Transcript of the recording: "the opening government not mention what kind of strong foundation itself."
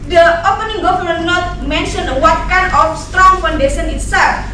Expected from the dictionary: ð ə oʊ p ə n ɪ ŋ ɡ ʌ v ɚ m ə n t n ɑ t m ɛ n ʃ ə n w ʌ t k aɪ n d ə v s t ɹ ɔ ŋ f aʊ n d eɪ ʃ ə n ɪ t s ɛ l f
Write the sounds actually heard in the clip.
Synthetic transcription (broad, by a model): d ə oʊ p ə n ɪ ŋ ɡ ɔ f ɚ ə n n ɑ t m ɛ n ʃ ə n w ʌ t k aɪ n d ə f s t ɹ ɔ ŋ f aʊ n d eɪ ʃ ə n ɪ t s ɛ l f